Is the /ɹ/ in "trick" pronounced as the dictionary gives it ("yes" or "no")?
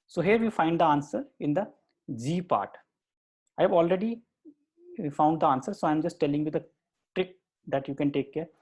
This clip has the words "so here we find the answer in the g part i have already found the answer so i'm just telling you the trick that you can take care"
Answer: yes